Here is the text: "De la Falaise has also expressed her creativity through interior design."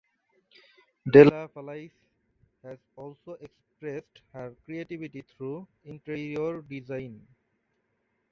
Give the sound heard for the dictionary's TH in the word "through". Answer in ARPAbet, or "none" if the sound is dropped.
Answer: T